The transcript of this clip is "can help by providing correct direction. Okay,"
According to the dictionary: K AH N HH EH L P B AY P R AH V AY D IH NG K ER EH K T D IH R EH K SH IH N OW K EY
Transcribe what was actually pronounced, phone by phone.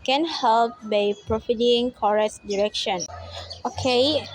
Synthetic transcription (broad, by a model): K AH N HH EH L P B AY P R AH F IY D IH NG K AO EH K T D IH R EH K SH IH N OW K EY